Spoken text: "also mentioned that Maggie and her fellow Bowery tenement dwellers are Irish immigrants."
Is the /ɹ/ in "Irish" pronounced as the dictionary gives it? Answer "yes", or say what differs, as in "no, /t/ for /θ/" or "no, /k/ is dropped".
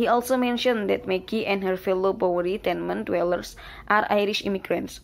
yes